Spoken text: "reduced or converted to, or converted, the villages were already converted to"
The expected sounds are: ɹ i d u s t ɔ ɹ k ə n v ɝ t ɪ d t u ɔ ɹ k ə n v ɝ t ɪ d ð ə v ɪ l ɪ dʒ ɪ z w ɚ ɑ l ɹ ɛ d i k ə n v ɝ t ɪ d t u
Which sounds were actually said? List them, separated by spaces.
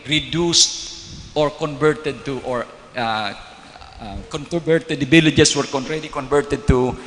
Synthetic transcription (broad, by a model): ɹ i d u s t ɔ ɹ k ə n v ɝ t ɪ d t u ɔ ɹ k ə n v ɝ t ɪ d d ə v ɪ l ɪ dʒ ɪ s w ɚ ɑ n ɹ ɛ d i k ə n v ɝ t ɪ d t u